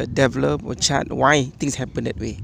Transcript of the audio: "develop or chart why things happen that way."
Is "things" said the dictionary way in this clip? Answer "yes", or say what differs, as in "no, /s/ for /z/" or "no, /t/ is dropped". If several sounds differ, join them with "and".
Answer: no, /t/ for /θ/ and /s/ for /z/